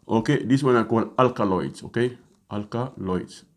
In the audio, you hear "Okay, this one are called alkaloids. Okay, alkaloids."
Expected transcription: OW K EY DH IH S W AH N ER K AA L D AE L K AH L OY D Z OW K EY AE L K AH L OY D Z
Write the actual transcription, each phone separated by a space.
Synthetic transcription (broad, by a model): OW K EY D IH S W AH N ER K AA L AA L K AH L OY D S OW K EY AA L K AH L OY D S